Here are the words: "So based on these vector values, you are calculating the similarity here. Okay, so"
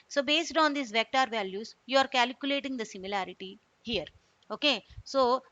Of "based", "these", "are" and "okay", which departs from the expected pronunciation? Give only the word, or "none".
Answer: these